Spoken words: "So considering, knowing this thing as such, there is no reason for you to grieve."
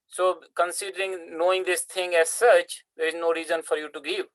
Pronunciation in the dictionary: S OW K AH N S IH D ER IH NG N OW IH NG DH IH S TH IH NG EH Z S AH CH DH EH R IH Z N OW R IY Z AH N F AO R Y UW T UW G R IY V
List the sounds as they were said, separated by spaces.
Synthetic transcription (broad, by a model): S OW K AH N S IH D ER IH NG N OW IH NG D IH S T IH NG EH Z S AH CH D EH R IH Z N OW R IY Z AH N F AO R Y UW T UW G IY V